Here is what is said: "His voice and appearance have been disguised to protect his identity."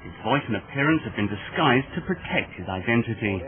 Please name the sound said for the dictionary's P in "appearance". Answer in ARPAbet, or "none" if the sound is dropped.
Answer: P